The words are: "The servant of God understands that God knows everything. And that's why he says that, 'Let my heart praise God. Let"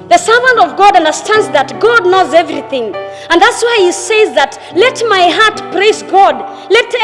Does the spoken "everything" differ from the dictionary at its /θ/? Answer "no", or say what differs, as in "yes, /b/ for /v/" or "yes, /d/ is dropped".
no